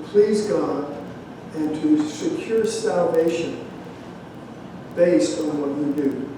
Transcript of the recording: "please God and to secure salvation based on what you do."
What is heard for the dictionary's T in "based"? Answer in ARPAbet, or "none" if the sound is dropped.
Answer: T